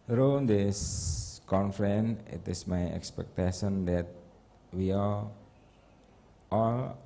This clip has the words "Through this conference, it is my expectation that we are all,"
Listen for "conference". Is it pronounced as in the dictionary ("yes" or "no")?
no